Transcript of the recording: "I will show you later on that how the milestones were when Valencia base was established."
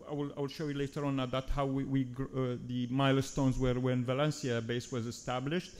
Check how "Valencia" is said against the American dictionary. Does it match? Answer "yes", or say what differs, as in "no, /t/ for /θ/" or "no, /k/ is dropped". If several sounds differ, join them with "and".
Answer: yes